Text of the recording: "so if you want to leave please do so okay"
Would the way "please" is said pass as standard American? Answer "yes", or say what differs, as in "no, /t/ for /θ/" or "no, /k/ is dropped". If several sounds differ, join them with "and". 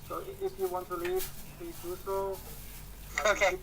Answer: no, /z/ is dropped